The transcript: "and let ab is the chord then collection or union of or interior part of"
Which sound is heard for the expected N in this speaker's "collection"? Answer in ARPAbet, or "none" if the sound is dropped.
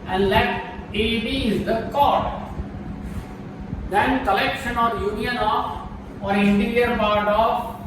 N